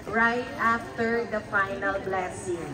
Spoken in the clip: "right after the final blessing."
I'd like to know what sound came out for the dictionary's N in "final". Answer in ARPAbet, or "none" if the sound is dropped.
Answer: N